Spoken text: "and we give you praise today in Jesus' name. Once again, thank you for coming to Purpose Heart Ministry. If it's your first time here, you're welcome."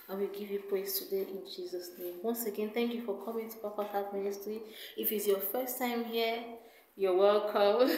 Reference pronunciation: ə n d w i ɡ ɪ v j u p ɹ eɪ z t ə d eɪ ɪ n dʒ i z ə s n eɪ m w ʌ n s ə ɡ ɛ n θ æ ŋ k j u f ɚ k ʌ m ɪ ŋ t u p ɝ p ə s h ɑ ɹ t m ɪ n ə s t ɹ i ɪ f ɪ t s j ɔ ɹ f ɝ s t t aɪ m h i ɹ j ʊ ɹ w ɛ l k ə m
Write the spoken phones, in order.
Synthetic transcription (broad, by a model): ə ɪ w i ɡ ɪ v j u p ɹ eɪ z t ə d eɪ ɪ n dʒ i z ə s n eɪ m w ʌ n s ə ɡ ɛ n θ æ ŋ k j u f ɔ k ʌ m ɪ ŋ t u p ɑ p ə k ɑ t m ɪ n ə s t ɹ i ɪ f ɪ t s j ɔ f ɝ s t t aɪ m h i j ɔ w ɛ l k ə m